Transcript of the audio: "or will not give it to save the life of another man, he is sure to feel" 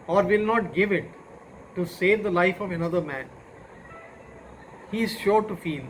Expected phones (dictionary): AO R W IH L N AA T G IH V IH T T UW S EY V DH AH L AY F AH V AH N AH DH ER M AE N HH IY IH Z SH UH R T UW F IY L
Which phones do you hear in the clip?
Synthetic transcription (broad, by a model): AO R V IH L N AA T G IH V IH T T UW S EY V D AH L AY F AH V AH N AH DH ER M AE N HH IY IH Z SH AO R T UW F IY L